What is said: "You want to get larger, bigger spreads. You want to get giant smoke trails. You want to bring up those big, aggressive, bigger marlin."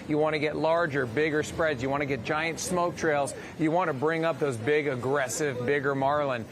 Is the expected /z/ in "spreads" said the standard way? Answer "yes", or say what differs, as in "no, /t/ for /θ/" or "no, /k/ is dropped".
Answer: yes